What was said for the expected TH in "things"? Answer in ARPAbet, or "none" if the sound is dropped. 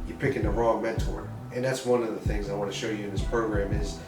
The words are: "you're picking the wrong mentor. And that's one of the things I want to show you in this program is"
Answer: TH